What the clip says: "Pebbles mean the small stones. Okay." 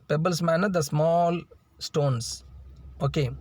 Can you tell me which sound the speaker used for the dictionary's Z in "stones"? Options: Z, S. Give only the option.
S